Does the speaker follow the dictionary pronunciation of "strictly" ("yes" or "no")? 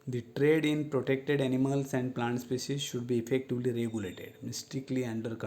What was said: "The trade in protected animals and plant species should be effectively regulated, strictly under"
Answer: no